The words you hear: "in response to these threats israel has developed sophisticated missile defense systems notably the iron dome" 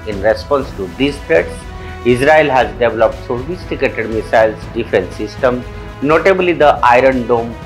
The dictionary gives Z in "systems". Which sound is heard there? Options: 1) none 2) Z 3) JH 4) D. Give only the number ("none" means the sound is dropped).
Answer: 1